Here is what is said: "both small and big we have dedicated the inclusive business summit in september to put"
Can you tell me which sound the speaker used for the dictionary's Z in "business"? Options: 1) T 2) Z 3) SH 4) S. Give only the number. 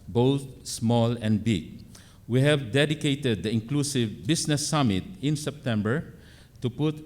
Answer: 4